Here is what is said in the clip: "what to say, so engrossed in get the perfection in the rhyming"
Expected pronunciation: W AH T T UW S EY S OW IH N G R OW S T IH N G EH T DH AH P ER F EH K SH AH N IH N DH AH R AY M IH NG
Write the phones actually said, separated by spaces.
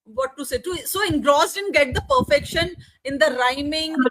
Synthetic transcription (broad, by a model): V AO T T UW S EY S OW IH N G R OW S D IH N G EH T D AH P ER F EH K SH AH N IH N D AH R AY M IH NG